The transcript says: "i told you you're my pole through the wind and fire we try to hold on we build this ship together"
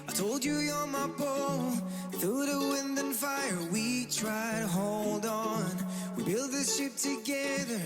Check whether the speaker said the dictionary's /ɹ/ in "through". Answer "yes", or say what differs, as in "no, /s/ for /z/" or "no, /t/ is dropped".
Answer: no, /ɹ/ is dropped